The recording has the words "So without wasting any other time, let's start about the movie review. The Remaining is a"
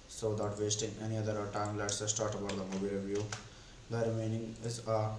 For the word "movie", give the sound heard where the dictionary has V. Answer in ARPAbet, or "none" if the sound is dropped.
B